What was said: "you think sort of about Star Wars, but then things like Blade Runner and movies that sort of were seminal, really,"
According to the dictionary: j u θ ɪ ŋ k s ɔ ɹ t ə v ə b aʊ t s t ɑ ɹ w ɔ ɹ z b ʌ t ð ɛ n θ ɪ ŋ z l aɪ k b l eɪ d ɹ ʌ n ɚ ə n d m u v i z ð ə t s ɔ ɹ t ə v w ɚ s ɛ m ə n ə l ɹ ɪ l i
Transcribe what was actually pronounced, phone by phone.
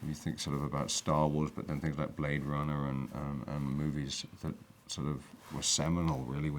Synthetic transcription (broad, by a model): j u θ ɪ ŋ k s ɔ ɹ t ə v ə b aʊ t s t ɑ ɹ w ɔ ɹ z b ʌ t ð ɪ n θ ɪ ŋ z l aɪ k b l eɪ d ɹ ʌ n ɚ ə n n m u v i z ð ə t s ɔ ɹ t ə v w ɚ s ɛ m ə n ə l ɹ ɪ l i